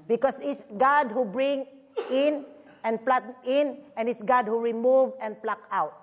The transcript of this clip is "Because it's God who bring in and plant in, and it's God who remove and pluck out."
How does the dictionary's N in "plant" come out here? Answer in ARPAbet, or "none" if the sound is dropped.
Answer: none